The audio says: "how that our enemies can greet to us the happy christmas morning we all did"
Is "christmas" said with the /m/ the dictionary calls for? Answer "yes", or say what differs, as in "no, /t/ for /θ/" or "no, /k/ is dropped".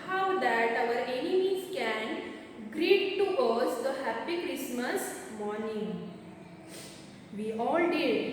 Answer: yes